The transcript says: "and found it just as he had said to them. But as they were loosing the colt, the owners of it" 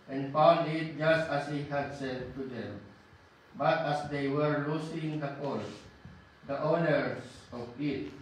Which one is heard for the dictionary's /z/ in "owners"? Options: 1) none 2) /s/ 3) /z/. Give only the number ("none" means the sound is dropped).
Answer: 2